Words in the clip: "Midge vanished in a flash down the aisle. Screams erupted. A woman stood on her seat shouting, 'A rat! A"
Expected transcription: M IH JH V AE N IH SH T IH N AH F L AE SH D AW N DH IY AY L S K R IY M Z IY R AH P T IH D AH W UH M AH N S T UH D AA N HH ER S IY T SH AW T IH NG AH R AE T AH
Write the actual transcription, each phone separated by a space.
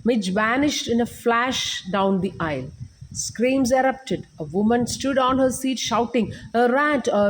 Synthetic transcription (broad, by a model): M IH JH V AE N IH SH T IH N AH F L AE SH D AW N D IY AY L S K R IY M Z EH R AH P T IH D AH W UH M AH N S T UH D AA N HH ER S IY T SH AW T IH NG AH R AE T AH